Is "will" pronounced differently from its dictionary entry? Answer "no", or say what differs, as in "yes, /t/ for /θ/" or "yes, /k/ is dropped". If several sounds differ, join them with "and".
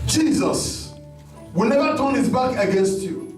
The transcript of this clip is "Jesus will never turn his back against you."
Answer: no